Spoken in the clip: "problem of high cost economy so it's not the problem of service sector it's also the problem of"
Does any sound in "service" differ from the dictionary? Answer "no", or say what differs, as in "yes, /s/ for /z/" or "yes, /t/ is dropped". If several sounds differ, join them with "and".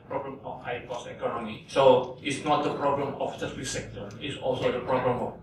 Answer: yes, /f/ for /v/